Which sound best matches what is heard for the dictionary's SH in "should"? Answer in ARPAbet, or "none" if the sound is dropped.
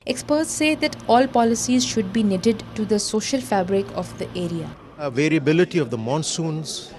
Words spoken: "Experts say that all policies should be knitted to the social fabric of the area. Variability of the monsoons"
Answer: SH